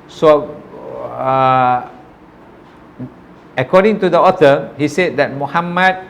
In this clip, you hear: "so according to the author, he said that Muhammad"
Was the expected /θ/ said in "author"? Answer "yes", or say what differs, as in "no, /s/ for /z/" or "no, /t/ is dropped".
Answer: no, /t/ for /θ/